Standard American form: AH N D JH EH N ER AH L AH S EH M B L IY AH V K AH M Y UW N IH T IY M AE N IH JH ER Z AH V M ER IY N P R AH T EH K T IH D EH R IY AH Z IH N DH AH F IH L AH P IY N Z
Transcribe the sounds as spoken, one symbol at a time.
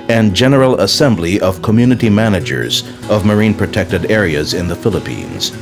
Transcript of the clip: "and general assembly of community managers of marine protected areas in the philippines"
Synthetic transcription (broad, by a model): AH N JH EH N ER L AH S EH M B L IY AH V K AH M Y UW N IH T IY M AE N IH JH ER Z AH V M ER IY N P R AH T EH K T IH D EH R IY AH Z IH N DH AH F IH L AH P IY N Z